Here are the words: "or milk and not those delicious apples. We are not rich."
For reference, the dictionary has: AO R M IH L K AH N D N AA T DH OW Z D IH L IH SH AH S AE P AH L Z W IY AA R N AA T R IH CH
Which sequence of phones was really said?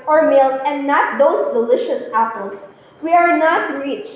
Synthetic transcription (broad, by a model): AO R M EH L AH N D N AA T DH OW S D IH L IH SH AH S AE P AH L S W IY AA R N AA T R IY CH